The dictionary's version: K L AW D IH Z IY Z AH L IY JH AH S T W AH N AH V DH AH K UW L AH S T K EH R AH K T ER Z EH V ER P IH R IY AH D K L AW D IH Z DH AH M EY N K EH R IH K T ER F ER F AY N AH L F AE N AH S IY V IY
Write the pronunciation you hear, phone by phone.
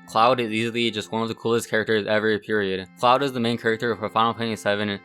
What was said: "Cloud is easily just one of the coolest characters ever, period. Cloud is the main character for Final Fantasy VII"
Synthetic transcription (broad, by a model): K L AW D IH Z IY Z L IY JH AH S T W AH N AH V DH AH K UW L AH S T K EH R AH K T ER Z EH V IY P IH R IY AH D K L AW D IH Z DH AH M EY N K EH R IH K T ER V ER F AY AH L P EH AH S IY V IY